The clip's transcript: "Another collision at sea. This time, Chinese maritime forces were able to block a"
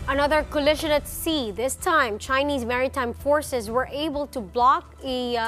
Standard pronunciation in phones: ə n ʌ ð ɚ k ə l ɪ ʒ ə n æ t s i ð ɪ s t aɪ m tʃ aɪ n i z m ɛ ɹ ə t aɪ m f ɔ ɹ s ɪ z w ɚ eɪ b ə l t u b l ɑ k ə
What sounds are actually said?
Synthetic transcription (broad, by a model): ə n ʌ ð ɚ k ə l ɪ ʃ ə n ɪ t s i ð ɪ s t aɪ m tʃ aɪ n i z m ɛ ɹ ə t aɪ m f ɔ ɹ s ɪ z w ɚ eɪ b ə l t u b l ɑ k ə